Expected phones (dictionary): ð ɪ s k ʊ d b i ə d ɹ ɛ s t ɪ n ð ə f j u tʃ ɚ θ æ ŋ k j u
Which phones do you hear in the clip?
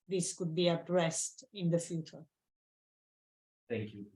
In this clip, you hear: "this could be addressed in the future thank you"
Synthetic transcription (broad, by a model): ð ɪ s k ʊ d b i ə d ɹ ɛ s t ɪ n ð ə f j u tʃ ɚ θ æ ŋ k j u